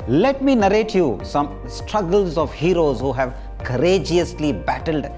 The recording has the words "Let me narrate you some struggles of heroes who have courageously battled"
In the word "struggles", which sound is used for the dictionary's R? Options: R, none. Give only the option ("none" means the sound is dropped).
R